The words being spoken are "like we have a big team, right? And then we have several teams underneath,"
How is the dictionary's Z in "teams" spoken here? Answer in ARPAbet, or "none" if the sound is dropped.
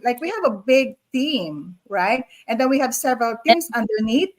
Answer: S